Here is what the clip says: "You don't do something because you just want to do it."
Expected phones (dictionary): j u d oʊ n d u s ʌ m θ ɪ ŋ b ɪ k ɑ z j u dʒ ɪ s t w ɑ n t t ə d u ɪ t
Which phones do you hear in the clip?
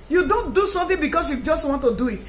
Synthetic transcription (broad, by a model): j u d oʊ n d u s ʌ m t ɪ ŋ b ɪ k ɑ s j u dʒ ɪ s t w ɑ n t t ə d u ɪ t